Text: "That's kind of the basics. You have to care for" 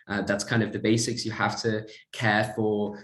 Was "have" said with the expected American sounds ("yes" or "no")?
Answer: no